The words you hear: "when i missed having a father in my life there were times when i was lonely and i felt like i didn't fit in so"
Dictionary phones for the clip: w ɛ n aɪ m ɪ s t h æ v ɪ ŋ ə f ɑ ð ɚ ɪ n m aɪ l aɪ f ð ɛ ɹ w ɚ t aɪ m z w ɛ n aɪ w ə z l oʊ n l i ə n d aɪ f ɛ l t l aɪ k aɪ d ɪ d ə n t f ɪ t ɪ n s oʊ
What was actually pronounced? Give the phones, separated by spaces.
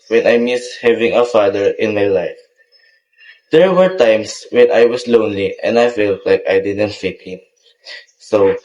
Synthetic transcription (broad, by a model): w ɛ n aɪ m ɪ s h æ v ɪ ŋ ə f ɑ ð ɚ ɪ n m aɪ l aɪ f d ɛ ɹ w ɚ t aɪ m s w ɛ n aɪ w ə s l oʊ n l i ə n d aɪ f ɛ l t l aɪ k aɪ d ɪ d ə n t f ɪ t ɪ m s oʊ